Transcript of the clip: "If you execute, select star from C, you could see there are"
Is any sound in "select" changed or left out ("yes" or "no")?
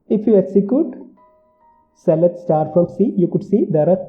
yes